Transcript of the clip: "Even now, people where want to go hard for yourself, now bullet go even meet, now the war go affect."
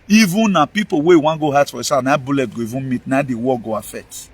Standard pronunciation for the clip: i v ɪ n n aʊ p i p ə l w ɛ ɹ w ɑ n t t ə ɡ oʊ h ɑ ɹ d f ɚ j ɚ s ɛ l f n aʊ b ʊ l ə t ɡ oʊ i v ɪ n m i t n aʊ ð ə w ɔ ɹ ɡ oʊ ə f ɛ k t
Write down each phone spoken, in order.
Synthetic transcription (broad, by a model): i v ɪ n n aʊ p i p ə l w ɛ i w ɑ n ɡ oʊ h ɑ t f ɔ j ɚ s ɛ f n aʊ b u l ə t ɡ oʊ i v ɪ n m i t n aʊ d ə w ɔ ɡ oʊ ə f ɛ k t